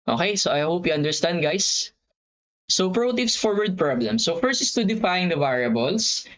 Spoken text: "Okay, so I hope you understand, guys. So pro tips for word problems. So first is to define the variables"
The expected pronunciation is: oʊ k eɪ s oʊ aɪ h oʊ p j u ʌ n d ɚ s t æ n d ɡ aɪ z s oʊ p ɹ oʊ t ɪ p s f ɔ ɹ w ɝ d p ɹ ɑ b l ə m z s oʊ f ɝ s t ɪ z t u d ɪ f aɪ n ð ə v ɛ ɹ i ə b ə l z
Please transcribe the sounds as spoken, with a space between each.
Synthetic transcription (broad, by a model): oʊ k eɪ s oʊ aɪ h oʊ p j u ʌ n d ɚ s t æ n d ɡ aɪ s oʊ p ɹ oʊ t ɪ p s f ɔ ɹ w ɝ d p ɹ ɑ b l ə m s oʊ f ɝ s ɪ s t u d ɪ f aɪ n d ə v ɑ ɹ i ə b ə l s